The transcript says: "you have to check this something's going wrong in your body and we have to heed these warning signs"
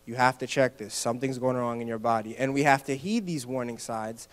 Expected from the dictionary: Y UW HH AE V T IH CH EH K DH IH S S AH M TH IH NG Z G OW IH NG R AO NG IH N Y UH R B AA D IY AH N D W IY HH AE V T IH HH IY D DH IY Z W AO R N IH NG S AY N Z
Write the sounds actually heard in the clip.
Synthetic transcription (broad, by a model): Y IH HH AE F T IH CH EH K DH IH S S AH M TH IH NG Z G OW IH NG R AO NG IH N Y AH R B AA D IY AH N W IY HH AE F T IH HH IY D DH IY Z W AO R N IH NG S AY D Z